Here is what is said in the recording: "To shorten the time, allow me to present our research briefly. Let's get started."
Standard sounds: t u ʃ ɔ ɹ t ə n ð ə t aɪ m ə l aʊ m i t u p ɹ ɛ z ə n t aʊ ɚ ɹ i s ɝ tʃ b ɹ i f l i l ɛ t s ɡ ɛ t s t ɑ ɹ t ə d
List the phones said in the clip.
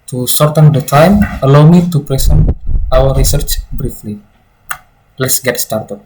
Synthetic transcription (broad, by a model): t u s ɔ ɹ t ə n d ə t aɪ m ə l aʊ m i t u p ɹ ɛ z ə n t aʊ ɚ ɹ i s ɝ tʃ b ɹ i f l i l ɛ t s ɡ ɛ t s t ɑ ɹ t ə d